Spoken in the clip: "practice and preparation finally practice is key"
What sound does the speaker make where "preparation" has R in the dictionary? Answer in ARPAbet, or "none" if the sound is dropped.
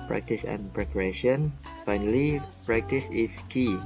R